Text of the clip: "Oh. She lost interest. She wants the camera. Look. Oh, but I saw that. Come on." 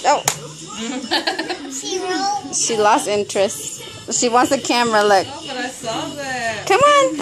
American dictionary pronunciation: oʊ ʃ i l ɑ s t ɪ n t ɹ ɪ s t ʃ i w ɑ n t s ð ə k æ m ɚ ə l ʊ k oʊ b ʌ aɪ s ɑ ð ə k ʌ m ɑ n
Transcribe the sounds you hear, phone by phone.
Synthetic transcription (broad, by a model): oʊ ʃ i l ɑ s t ɪ n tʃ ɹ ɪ s t ʃ i w ɑ n t s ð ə k æ m ɚ ə l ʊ ɪ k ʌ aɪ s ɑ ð k ʌ m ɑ n